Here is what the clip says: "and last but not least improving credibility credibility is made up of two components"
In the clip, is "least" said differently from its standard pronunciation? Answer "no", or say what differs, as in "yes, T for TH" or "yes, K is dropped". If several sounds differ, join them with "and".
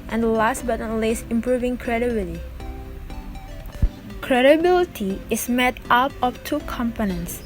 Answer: yes, T is dropped